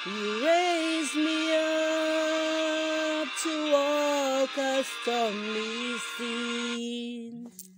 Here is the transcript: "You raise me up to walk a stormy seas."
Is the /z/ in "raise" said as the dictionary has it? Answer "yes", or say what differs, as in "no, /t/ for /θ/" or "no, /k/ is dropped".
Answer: yes